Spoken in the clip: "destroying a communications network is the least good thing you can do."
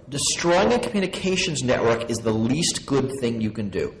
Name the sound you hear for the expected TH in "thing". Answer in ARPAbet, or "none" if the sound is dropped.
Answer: TH